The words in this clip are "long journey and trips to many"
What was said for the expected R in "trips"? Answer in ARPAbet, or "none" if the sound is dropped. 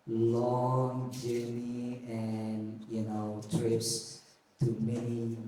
R